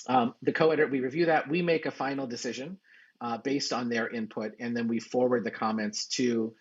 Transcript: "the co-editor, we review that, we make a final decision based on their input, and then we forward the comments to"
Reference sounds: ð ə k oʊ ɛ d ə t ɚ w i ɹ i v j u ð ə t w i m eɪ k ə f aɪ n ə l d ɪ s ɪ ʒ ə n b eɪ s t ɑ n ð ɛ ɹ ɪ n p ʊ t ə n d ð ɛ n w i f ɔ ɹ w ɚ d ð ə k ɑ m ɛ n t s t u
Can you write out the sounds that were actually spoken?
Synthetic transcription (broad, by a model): ð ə k oʊ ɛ d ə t w i ɹ i v j u ð ə t w i m eɪ k ə f aɪ n l d ɪ s ɪ ʒ ə n b eɪ s t n ð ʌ ɹ ɪ n p ʊ t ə n ð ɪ n w i f ɔ ɹ w ɚ d ð ə k ɑ m ɛ n t s t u